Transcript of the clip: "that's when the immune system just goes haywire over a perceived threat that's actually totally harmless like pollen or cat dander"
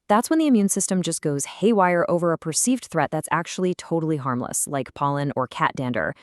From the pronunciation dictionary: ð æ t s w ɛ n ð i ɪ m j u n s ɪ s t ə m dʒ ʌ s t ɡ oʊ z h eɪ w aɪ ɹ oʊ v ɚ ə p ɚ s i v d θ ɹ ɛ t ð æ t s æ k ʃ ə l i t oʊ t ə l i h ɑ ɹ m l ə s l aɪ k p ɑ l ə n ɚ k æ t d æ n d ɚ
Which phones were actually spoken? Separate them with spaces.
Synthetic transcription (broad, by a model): ð æ t s w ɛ n ð i ɪ m j u n s ɪ s t ə m dʒ ʌ s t ɡ oʊ z h eɪ w aɪ ɹ oʊ v ɚ ə p ɚ s i v d θ ɹ ɛ t ð æ t s æ k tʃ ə l i t oʊ t l i h ɑ ɹ m l ə s l aɪ k p ɑ l ə n ɚ k æ t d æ n d ɚ